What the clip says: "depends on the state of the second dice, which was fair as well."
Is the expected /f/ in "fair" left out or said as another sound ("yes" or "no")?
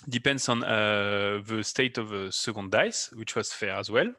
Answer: no